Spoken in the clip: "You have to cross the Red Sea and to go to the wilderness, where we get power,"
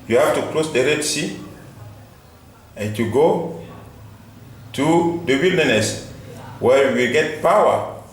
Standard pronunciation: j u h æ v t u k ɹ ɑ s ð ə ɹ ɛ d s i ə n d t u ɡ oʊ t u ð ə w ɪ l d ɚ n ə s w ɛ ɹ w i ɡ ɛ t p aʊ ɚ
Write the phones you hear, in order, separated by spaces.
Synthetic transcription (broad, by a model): j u h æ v t u k l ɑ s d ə ɹ ɛ d s i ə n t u ɡ oʊ t u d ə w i l d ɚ n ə s w ɛ ɹ w i ɡ ɛ t p aʊ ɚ